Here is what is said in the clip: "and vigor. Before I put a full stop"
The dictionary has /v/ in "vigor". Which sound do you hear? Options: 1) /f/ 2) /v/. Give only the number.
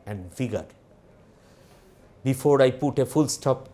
1